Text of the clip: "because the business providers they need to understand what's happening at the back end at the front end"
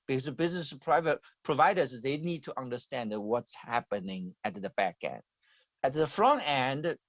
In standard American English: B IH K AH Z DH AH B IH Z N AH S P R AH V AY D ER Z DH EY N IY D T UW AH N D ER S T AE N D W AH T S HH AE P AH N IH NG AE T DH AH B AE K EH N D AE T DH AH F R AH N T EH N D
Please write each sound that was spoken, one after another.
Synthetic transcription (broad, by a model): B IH K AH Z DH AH B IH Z N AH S P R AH V AY D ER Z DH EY N IY D T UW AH N D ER S T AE N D W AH T S HH AE P AH N IH NG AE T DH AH B AE K EH N D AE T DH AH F R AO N EH N D